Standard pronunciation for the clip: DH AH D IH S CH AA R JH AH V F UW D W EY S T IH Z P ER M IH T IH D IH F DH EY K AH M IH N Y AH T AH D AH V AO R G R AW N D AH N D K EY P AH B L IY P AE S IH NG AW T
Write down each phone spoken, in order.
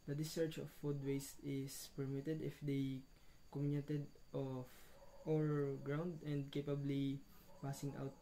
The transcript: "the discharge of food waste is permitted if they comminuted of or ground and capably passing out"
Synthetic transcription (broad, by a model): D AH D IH S EH R CH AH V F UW D W EY S T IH S P ER M IH T IH D IH F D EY K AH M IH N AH T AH D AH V AO R G R AW N D AH N D K EY P AH B L IY P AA S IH NG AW T